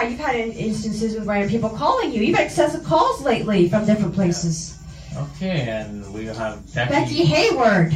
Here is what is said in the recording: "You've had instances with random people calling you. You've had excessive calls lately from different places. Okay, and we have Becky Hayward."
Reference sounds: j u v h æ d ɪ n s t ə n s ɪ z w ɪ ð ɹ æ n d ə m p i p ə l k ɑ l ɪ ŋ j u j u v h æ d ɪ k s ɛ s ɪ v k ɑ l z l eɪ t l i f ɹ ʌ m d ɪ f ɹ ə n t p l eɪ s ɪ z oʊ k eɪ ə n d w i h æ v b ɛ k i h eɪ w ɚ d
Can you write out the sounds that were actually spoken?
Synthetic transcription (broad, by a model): j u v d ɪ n ɪ n s t ə n s ɪ z w ɪ ð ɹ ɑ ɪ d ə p i p l k ɑ l ɪ ŋ j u j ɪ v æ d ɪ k s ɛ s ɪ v k ɑ l z l eɪ t l i f ɹ ʌ m d ɪ f ɹ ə n p l eɪ s ɪ z oʊ k eɪ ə n w i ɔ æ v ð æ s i h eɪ w ɚ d